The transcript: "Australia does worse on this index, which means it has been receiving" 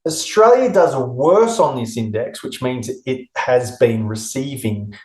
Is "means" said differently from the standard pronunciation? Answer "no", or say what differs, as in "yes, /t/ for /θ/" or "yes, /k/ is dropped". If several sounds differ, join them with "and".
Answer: no